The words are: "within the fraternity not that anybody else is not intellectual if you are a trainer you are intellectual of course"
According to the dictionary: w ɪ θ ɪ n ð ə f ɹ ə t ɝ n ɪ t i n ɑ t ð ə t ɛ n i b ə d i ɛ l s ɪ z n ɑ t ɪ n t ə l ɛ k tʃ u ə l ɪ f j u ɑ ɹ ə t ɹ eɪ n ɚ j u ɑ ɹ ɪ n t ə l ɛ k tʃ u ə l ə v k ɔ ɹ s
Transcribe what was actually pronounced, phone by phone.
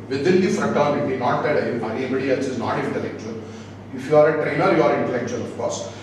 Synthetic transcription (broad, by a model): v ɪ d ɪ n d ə f ɹ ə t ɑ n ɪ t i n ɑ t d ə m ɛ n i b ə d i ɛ s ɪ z n ɑ t ɪ n t ə l ɛ k tʃ u ə l ɪ f j u ɑ ɹ ə t ɹ eɪ n ɚ j u ɑ ɹ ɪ n t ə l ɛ k tʃ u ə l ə f k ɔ ɹ s